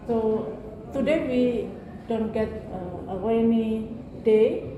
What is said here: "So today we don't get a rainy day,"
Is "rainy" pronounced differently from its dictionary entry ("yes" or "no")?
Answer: yes